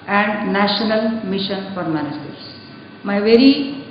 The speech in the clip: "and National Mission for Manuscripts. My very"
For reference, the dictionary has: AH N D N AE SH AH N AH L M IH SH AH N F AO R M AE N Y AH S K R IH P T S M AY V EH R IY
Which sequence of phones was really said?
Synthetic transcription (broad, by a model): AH N D N AE SH AH N AH L M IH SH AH N F AO R M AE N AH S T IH T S M AY V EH R IY